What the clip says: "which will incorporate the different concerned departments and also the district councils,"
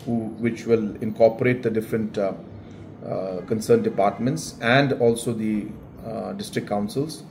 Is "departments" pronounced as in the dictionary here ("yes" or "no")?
yes